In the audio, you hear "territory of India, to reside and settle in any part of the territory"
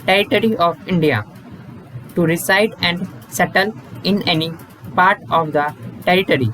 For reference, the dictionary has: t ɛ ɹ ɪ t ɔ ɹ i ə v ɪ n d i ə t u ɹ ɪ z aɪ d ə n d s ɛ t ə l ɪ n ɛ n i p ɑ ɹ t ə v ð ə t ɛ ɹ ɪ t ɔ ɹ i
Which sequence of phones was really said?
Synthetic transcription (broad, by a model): t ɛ ɹ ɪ t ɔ ɹ i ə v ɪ n d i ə t u ɹ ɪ s aɪ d ə n d s ɛ t ə l ɪ n ɛ n i p ɑ ɹ t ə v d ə t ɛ ɹ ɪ t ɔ ɹ i